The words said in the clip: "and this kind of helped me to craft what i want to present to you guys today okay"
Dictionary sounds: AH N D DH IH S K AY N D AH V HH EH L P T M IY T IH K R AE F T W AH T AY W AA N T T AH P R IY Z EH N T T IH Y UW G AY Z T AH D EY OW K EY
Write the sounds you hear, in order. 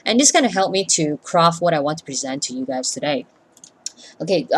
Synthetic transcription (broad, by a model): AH N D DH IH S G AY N AH HH EH L P M IY T IH K R AE F T W AH T AY W AA N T T AH P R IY Z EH N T T IH Y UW G AY Z T AH D EY OW K EY